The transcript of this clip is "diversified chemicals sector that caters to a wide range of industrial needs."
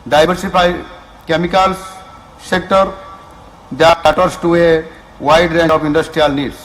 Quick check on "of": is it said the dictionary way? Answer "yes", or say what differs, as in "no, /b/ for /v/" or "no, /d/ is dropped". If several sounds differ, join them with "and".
no, /p/ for /v/